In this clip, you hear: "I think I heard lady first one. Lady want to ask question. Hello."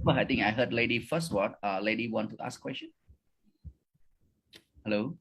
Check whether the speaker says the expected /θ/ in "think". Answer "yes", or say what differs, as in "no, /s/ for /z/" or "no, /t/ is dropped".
no, /t/ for /θ/